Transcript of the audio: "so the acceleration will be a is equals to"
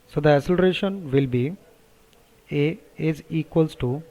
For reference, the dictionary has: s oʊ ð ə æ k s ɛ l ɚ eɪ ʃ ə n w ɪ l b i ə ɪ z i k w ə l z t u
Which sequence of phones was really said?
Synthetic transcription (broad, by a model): s oʊ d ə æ s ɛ l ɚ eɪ ʃ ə n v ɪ l b i ə ɪ z i k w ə l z t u